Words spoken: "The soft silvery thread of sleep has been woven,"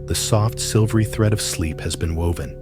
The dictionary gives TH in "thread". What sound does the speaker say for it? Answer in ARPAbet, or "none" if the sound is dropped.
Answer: TH